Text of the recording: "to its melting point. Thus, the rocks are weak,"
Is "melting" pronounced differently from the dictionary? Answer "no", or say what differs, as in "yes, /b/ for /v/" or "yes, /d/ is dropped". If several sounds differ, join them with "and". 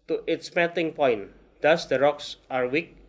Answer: yes, /l/ is dropped